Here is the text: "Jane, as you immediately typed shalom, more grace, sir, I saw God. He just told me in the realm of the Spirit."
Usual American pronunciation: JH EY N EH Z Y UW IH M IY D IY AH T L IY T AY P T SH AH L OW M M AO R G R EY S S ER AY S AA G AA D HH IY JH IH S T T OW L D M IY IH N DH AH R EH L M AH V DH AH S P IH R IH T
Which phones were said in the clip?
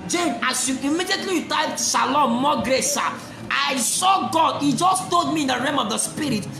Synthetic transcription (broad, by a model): JH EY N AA S Y UW IH M IY D IY AH T L IY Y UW T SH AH L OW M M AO G R EY S S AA AY S AA G AA D HH IY JH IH S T T OW L D M IY IH N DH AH R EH M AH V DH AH S P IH R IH T